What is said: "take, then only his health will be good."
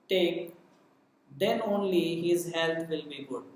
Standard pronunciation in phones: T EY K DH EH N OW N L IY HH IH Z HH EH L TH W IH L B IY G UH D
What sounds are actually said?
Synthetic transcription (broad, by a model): T EY K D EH N OW N L IY HH IH Z HH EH L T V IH L B IY G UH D